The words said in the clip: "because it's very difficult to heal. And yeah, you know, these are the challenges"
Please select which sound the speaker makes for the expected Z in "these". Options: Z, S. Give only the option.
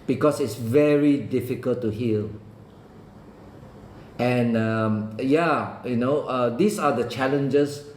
S